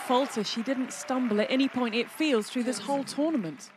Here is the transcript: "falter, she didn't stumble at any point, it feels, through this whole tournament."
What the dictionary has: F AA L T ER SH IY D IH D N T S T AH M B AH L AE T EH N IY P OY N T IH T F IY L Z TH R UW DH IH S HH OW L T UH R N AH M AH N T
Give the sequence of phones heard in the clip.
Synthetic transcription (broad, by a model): F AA L T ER SH IY D IH D N T S T AH M B AH L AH T EH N IY P OY N T IH T F IY L Z TH R UW DH IH S HH OW L T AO N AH M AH N T